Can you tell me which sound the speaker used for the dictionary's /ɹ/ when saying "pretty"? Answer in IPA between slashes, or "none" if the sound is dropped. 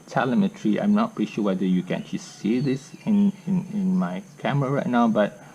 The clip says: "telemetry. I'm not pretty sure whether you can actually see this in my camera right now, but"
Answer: none